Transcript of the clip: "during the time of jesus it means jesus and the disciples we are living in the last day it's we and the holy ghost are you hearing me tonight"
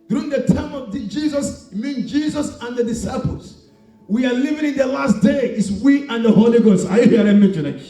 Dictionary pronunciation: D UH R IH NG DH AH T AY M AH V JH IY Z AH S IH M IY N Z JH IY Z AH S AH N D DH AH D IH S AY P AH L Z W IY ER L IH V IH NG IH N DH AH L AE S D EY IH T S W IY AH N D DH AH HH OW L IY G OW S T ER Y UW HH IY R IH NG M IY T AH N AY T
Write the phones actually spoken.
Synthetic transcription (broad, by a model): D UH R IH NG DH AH T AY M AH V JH IY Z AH S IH M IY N JH IY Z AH S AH N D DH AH D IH S AY P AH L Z W IY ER L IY V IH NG IH N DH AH L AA S D EY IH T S W IY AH N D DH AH HH OW L IY G OW S T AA Y UW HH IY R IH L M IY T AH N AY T